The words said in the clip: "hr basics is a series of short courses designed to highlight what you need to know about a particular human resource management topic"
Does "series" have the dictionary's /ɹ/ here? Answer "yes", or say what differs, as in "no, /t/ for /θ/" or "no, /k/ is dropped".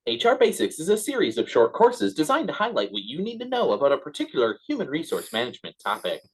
yes